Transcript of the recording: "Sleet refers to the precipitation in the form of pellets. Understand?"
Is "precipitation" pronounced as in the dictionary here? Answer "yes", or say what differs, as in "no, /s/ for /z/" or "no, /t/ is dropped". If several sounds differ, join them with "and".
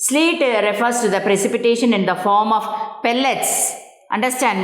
yes